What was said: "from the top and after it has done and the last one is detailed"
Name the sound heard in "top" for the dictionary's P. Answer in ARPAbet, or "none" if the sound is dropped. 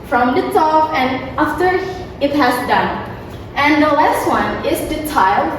F